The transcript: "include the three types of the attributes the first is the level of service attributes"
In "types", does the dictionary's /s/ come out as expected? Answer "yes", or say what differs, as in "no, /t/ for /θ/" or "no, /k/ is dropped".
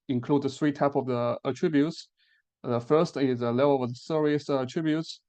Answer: no, /s/ is dropped